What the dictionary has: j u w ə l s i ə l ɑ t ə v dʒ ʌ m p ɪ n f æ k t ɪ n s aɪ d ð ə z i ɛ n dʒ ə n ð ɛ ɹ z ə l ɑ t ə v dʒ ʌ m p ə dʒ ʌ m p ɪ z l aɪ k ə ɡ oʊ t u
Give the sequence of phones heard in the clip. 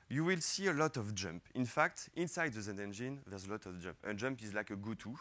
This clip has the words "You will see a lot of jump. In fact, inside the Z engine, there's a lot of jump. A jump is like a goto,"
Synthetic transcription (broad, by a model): j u w ə l s i ə l ɑ t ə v dʒ ʌ m p ɪ n f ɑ k t ɪ n s aɪ d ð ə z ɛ ɛ n dʒ ə n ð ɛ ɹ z ə l ɑ t ə v dʒ ʌ m p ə dʒ ʌ m p ɪ z l aɪ k ə ɡ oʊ t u